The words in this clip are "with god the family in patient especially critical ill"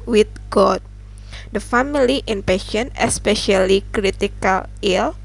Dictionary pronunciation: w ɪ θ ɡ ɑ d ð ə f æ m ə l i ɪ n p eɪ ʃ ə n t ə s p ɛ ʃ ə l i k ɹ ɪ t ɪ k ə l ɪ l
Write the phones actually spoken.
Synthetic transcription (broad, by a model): w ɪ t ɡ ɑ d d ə f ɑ m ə l i ɪ n p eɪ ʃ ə n ə s p ɛ ʃ ə l i k ɹ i t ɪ k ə l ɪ l